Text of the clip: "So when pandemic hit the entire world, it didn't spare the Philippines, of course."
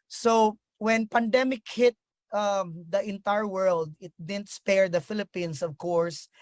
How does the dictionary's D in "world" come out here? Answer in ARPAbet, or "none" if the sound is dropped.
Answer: D